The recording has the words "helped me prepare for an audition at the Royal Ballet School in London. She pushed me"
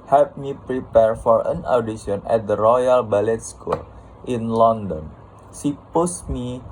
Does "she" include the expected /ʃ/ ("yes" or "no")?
no